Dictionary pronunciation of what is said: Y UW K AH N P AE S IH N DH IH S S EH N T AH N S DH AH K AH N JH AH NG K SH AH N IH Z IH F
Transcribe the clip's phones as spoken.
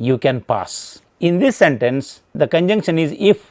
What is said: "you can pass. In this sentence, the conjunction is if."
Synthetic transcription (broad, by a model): Y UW K AH N P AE S IH N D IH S S EH N T AH N S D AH K AH N JH AH NG K SH AH N IH Z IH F